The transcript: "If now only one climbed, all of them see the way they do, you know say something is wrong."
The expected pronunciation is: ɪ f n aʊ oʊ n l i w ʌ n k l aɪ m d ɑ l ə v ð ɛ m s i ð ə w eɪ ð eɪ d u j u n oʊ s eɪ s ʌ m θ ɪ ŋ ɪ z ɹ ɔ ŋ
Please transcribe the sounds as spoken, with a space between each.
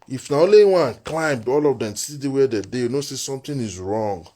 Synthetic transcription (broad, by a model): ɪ f n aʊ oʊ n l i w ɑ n k l aɪ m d ɑ l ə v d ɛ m s i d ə w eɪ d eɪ d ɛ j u n oʊ s eɪ s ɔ m t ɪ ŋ ɪ z ɹ ɔ ŋ